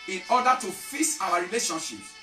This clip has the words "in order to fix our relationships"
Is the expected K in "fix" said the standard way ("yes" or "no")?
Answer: no